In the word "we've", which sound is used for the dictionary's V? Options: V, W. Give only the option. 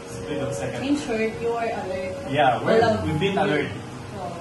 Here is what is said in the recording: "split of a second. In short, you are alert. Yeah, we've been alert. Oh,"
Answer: W